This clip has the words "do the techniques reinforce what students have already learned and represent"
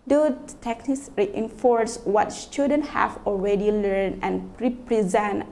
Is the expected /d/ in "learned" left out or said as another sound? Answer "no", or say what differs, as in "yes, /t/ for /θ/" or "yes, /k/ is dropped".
yes, /d/ is dropped